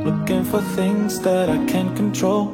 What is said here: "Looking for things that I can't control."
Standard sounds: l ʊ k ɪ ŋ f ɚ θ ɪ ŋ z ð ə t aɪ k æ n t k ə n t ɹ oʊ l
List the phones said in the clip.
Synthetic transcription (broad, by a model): l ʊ k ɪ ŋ f ɚ θ ɪ ŋ z ð ə t aɪ k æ n k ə n t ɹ oʊ l